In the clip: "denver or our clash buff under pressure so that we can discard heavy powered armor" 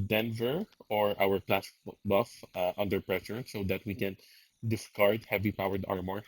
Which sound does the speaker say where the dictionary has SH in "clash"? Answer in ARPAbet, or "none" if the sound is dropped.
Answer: S